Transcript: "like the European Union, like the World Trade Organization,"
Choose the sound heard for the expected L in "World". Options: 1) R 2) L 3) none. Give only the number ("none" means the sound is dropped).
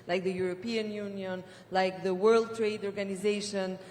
2